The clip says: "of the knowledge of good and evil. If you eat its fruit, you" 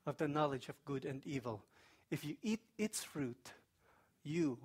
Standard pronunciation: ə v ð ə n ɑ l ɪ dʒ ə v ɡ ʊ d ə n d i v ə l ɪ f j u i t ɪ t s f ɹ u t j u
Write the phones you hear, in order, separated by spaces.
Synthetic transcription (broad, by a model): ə v ð ə n ɑ l ɪ dʒ ə v ɡ ʊ d ə n d i v ə l ɪ f j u i t ɪ t s f ɹ u t j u